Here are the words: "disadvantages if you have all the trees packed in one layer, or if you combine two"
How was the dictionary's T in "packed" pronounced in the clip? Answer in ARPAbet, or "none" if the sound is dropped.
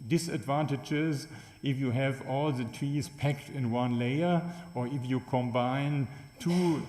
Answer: T